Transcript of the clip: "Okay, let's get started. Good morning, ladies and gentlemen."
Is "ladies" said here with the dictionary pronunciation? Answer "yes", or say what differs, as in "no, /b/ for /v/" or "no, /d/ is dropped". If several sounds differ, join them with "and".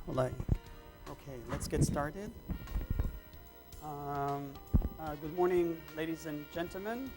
yes